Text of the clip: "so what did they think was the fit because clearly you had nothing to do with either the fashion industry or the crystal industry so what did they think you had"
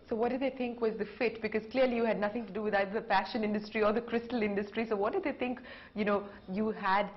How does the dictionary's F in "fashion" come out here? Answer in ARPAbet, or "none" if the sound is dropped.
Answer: P